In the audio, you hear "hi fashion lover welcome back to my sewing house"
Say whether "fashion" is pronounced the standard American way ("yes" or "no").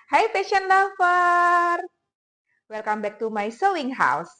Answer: no